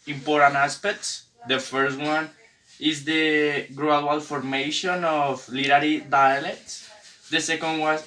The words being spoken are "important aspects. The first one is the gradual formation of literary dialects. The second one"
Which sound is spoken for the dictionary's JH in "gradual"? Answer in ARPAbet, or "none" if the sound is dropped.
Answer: none